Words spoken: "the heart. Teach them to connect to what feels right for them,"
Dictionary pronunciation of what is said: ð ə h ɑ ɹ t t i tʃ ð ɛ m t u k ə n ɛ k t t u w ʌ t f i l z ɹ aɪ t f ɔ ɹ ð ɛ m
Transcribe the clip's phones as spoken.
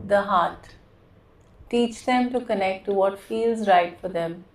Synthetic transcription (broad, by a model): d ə h ɑ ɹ t t i tʃ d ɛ m t u k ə n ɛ k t t u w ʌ t f i l z ɹ aɪ t f ɔ ɹ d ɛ m